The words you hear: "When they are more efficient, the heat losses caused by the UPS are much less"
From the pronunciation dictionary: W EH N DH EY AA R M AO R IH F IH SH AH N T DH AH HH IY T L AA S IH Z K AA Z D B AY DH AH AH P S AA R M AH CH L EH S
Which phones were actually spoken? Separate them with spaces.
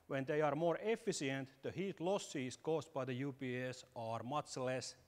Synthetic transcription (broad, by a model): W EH N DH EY AA R M AO R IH F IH S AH N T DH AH HH IY T L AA S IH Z K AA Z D B AY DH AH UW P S AA R M AH CH L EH S